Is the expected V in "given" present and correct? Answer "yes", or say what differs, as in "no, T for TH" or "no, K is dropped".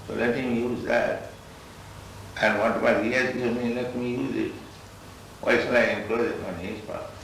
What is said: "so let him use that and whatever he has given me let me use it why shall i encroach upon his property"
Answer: no, V is dropped